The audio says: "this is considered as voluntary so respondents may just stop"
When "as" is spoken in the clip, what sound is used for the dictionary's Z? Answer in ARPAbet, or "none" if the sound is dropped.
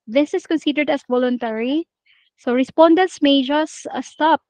S